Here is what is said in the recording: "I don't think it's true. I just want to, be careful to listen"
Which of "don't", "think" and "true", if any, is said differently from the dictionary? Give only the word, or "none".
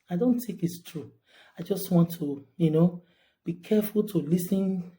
think